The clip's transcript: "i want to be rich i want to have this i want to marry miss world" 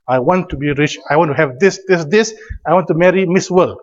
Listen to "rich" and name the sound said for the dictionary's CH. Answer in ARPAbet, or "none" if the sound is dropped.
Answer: CH